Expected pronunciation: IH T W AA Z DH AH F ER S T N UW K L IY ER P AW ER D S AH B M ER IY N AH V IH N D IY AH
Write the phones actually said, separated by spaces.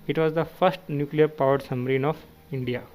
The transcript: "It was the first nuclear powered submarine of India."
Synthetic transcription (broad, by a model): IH T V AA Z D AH F ER S T N UW K L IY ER P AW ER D S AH M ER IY N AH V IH N D IY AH